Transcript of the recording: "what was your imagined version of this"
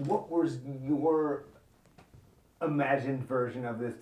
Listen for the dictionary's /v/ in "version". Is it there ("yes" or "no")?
yes